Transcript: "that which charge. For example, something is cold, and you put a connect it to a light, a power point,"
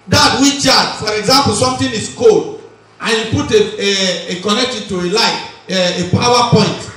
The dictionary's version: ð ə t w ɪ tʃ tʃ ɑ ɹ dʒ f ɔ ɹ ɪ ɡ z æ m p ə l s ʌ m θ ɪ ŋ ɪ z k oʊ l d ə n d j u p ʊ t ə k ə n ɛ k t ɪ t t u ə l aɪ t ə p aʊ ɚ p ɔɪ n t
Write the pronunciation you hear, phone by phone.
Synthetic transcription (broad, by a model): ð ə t w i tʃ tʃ ɑ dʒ f ɔ ɹ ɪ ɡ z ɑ m p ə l s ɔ m t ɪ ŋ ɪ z k oʊ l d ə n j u p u t ə k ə n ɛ k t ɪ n t u ə l aɪ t ə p aʊ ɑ p ɔɪ n t